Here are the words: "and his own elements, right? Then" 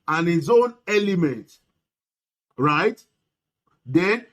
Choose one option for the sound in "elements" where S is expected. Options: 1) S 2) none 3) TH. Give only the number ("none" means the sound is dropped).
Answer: 2